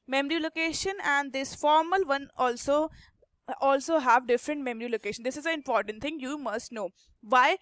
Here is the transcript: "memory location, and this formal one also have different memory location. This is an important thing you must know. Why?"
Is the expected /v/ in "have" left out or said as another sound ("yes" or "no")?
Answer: no